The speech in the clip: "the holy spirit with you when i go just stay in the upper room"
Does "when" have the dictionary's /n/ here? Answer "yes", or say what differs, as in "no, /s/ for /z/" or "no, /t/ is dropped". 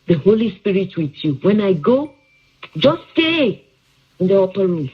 yes